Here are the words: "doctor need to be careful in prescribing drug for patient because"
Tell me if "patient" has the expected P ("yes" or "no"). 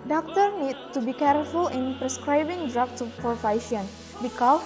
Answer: no